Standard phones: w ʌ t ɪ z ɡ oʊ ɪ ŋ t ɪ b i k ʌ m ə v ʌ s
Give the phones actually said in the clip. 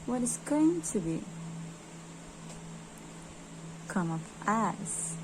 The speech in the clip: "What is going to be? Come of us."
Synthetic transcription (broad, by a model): w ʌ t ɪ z ɡ oʊ ɪ ŋ t ɪ b i k ʌ m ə p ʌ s